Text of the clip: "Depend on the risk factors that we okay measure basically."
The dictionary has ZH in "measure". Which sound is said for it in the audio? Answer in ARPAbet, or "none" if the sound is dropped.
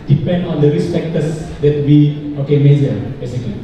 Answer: Z